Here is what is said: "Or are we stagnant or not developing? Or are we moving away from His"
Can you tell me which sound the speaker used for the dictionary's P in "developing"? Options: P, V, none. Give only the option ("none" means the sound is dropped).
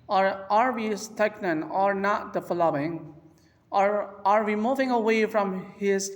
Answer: none